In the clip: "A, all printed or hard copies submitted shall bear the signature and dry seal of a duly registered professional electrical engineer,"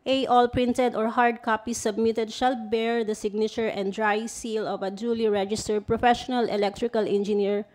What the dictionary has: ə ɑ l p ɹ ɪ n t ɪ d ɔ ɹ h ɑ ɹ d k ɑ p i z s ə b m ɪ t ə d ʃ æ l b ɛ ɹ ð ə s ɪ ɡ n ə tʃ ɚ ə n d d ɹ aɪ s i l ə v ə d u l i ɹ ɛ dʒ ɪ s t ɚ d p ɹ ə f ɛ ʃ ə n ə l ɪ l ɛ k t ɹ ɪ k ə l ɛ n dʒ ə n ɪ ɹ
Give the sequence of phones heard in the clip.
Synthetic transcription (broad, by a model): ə ɑ l p ɹ ɪ n t ɪ d ɔ ɹ h ɑ ɹ d k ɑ p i s ə b m ɪ t ə d ʃ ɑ l b ɛ ɹ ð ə s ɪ ɡ n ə tʃ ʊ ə n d d ɹ aɪ s i l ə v ə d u l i ɹ ɛ dʒ ɪ s t ɚ d p ɹ ə f ɛ ʃ ə n ə l ɪ l ɛ k t ɹ ɪ k ə l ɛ n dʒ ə n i ɹ